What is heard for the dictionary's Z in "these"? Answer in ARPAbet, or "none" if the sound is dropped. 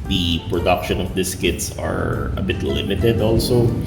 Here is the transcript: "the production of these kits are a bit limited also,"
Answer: S